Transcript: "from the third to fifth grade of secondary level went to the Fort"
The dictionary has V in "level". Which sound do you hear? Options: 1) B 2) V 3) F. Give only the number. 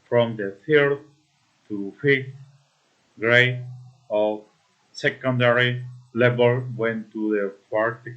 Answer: 1